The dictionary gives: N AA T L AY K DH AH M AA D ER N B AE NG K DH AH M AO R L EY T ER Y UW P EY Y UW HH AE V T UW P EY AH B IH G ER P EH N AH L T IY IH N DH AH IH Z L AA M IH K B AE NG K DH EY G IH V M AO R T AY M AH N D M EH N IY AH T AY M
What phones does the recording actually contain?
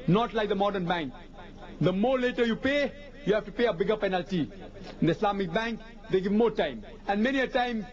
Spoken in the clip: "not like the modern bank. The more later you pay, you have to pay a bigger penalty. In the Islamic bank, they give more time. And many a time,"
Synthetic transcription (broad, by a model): N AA T L AY K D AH M AA D ER N B AE NG K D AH M AO R L EY T ER Y UW P EY Y UW HH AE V T UW P EY AH B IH G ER P EH N AH L T IY IH N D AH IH S L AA M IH K B AE NG K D EY G IH V M AO R T AY M AH N D M EH N IY AH T AY M